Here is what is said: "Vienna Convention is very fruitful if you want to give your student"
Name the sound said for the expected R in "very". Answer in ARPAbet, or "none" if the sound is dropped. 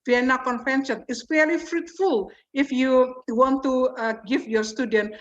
L